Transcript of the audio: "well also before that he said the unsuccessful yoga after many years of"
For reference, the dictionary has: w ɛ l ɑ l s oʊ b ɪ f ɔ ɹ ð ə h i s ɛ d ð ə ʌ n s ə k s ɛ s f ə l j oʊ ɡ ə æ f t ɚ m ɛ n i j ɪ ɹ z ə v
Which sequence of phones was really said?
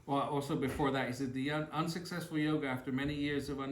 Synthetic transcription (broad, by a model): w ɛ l ɑ l s oʊ b ɪ f ɔ ɹ ð ə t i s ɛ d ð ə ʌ n s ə k s ɛ s f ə l j oʊ ɡ ə æ f t ɚ m ɛ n i j ɪ ɹ z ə v